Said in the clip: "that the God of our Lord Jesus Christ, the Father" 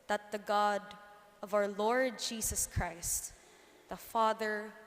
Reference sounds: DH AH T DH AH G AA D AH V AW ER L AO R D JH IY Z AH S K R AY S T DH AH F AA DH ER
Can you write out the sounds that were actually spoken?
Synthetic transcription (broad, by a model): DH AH T DH AH G AA D AH V AW ER L AO R D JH IY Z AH S K R AY S T DH AH F AA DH ER